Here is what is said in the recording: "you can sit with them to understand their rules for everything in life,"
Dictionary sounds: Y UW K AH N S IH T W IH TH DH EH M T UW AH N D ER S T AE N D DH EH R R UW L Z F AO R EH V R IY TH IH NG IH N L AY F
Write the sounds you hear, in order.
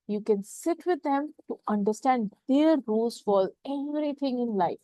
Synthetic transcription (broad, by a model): Y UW K AH N S IH T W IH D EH M T UW AH N D ER S T AE N D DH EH R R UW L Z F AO L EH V R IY T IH NG IH N L AY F